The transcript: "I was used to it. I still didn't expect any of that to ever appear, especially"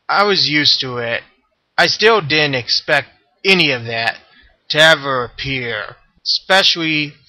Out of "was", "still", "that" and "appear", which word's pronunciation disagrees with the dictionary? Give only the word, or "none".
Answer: none